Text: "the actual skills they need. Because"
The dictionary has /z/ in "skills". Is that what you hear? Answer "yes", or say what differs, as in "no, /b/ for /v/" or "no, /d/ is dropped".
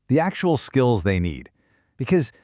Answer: yes